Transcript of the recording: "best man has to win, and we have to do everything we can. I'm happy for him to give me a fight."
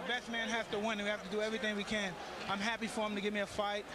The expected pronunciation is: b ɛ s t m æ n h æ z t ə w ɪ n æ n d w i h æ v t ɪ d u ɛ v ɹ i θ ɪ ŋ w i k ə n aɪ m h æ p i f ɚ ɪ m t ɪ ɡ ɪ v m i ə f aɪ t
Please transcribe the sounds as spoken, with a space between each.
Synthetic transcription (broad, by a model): b ɛ s t m æ n h æ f t ə w ɪ n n w i h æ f t ɪ d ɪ ɛ v ɹ i θ ɪ ŋ w i k ə n aɪ m h æ p i f ɚ ɪ m t ɪ ɡ ɪ v m i ə f aɪ t